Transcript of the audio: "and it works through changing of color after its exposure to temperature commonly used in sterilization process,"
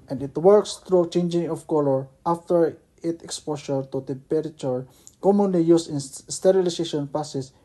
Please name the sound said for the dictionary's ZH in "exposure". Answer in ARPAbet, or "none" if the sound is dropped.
SH